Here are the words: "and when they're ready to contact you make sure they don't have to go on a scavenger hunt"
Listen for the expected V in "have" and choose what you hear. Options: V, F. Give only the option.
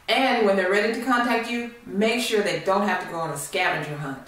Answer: F